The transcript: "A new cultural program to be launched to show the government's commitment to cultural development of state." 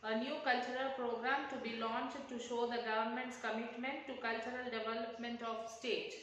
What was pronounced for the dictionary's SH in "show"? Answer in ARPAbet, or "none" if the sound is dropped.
SH